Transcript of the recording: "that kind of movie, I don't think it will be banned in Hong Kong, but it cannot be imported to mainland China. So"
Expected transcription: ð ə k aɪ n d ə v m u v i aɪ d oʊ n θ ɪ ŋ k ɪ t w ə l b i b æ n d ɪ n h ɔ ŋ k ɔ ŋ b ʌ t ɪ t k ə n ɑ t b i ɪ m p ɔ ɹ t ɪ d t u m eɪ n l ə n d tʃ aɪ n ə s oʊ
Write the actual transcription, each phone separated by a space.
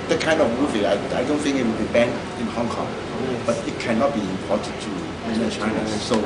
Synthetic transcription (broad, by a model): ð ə k aɪ n d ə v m u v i aɪ d oʊ n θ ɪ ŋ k ɪ t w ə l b i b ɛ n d ɪ n h ɔ ŋ k ɔ ŋ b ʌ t ɪ t k ə n ɑ t b i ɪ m p ɔ t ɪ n t u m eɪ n ə tʃ aɪ n ə s oʊ